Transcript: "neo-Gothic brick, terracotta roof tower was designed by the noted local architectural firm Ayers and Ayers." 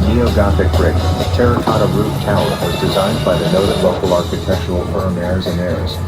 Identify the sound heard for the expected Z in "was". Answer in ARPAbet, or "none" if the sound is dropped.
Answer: Z